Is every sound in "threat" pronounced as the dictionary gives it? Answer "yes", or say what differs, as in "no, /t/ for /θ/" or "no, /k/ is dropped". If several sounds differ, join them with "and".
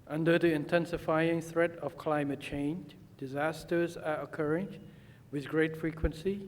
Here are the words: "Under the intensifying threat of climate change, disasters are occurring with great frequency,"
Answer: yes